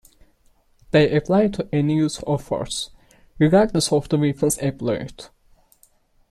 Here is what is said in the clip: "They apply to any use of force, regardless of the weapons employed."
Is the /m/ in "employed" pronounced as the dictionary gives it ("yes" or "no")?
no